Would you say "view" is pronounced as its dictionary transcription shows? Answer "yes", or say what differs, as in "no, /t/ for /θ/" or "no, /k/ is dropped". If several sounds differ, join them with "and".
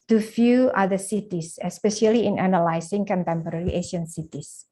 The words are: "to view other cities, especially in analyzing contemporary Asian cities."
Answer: no, /f/ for /v/